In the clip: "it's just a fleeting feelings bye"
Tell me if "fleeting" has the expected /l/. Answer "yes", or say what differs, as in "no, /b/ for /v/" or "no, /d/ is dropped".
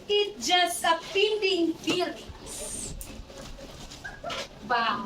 no, /l/ is dropped